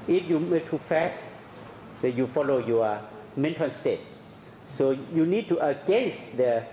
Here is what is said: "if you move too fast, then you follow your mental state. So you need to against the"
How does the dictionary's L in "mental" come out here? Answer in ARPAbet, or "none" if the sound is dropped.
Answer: N